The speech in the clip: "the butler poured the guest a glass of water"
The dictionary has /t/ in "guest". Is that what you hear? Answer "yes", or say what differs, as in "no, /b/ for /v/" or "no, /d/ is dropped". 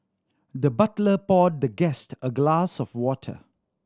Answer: yes